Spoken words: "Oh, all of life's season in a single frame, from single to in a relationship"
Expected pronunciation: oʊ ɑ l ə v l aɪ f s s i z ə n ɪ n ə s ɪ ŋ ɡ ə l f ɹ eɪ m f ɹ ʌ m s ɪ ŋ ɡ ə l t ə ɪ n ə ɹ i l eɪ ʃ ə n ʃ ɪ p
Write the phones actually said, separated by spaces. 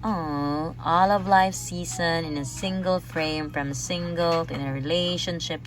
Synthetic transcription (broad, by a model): oʊ ɑ l ə v l aɪ f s s i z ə n ɪ n ə s ɪ ŋ ɡ ə l f ɹ eɪ m f ɹ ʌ m s ɪ ŋ ɡ ə l ɪ n ə ɹ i l eɪ ʃ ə n ʃ ɪ p